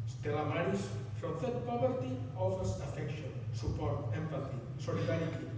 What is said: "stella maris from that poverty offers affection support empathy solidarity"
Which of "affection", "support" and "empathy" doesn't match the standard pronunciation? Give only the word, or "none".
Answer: none